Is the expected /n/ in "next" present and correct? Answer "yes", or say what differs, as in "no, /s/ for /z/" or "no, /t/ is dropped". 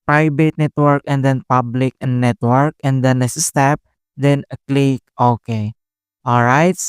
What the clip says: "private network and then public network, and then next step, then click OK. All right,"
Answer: no, /l/ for /n/